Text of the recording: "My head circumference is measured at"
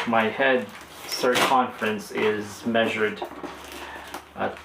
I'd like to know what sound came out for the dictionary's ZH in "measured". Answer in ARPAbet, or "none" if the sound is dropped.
ZH